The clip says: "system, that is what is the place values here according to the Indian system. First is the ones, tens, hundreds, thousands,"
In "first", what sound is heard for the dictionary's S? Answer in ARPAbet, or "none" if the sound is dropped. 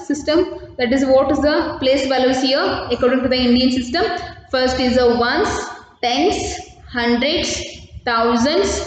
S